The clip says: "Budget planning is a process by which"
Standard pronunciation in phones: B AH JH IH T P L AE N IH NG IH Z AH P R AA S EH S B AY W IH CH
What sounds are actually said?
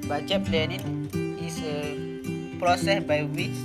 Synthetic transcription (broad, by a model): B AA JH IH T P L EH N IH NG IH S AH P R AA S EH S B AY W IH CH